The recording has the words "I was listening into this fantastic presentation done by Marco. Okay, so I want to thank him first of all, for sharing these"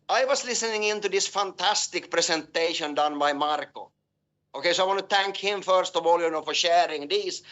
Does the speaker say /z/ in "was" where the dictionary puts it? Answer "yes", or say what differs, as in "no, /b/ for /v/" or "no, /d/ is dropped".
no, /s/ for /z/